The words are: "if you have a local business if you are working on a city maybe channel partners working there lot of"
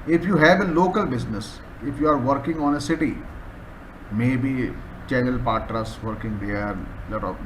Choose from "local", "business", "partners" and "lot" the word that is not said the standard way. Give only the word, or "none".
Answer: partners